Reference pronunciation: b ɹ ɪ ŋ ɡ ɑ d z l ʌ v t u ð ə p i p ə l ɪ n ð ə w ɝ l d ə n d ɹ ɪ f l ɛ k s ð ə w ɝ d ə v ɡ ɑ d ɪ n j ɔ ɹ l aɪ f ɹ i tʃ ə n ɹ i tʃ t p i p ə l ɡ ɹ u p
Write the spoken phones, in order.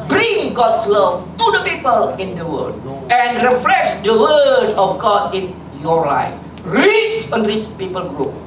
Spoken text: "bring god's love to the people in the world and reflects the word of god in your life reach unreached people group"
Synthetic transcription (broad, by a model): b ɹ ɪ ŋ ɡ ɑ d s l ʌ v t u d ə p i p ə l ɪ n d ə w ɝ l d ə n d ɹ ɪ f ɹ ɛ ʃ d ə w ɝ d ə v ɡ ɑ d ɪ n j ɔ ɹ l aɪ f ɹ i s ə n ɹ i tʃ p i p ə l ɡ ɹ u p